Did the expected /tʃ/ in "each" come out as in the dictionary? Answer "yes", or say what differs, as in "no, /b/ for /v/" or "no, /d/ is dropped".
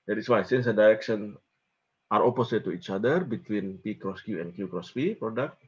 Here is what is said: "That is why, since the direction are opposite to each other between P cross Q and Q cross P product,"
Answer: yes